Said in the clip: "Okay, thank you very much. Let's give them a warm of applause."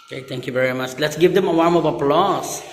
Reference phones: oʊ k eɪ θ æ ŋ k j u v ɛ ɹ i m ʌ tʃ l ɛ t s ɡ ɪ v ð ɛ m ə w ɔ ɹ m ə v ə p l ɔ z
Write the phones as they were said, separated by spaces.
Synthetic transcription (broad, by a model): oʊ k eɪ t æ ŋ k j u v ɛ ɹ i m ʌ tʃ l ɛ t s ɡ ɪ v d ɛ m ə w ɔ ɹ m ə v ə p l ɔ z